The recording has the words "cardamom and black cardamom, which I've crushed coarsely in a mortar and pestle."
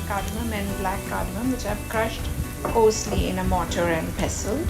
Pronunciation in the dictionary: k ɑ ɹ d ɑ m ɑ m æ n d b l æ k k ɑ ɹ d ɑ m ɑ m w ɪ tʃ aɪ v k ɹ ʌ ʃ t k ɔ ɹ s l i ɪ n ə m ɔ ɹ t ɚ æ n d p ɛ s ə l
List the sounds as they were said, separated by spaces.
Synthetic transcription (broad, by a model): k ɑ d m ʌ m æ n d b l æ k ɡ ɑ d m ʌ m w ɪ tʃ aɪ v k ɹ ʌ ʃ t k ɔ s l i ɪ n ə m ɔ t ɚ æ n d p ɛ s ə l